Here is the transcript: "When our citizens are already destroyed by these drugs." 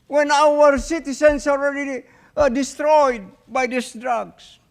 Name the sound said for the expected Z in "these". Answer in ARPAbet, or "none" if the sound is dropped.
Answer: S